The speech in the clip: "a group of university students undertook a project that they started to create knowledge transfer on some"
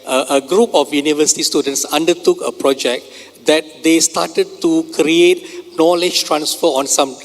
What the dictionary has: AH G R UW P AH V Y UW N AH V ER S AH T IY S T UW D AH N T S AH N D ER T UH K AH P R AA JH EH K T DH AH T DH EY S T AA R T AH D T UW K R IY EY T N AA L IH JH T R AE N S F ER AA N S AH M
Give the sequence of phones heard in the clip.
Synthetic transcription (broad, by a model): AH G R UW P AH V Y UW N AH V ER S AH T IY S T UW D AH N T S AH N D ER T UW K AH P R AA JH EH K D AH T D EY S T AA T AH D T UW K R IY EY T N AA L IH JH T R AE N S F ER AA N S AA M